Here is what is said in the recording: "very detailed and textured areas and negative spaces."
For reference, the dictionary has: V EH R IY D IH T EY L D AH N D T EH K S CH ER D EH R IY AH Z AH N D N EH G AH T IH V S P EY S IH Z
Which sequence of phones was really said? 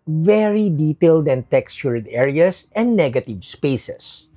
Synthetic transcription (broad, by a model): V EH R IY D IH T EY L D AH N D T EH K S CH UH D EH R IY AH S AH N D N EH G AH T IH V S P EY S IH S